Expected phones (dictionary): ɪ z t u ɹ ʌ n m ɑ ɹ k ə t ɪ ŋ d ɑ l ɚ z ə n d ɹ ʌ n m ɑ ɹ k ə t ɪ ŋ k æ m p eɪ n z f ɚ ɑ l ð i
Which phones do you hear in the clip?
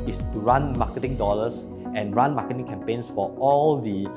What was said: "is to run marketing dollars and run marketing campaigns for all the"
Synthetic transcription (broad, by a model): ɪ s t u ɹ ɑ n m ɑ k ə t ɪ ŋ d ɑ l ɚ s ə n ɹ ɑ n m ɑ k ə t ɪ ŋ k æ m p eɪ n s f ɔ ɑ l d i